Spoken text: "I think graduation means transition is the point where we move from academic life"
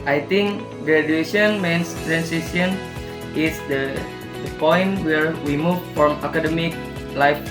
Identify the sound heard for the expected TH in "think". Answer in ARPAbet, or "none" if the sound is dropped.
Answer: T